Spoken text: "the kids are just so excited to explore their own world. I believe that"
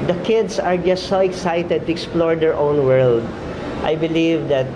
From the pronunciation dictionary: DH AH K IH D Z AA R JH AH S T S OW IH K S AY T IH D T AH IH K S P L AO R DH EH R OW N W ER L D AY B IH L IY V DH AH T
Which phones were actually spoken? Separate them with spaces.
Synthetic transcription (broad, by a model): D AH K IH D S AA R JH AH S T S OW IH K S AY T IH D T AH IH K S P L AO R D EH R OW N W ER L D AY B IH L IY V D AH T